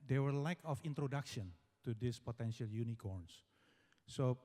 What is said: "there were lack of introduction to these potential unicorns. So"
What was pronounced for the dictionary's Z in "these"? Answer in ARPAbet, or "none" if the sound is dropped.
S